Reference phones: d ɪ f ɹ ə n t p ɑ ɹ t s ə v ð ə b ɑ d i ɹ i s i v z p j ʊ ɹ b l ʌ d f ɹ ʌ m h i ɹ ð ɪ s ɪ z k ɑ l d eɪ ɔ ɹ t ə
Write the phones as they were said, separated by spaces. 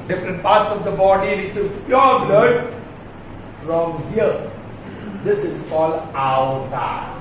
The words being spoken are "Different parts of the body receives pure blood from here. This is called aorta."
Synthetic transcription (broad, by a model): d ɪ f ɹ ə n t p ɑ ɹ t s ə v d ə b ɑ d i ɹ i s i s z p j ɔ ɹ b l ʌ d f ɹ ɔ m h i ɹ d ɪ s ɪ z k ɑ l d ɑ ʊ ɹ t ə